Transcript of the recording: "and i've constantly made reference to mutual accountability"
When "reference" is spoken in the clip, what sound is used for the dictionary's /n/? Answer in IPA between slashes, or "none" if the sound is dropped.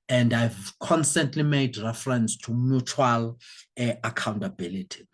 /n/